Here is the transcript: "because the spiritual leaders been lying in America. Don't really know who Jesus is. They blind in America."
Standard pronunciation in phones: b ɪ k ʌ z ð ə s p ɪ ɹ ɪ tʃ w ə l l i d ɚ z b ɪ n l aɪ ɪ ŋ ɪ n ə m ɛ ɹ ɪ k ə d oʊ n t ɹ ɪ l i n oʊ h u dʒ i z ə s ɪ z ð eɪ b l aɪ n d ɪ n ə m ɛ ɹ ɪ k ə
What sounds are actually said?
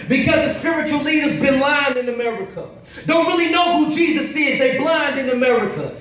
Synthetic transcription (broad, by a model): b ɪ k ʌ z ð ə s p ɪ ɹ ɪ tʃ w l l i d ɚ z b ɪ n l aɪ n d ɪ n ə m ɛ ɹ ɪ k ə d oʊ n t ɹ ɪ l i n oʊ h u dʒ i z ə s ɪ z ð eɪ b l aɪ n d ɪ n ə m ɛ ɹ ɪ k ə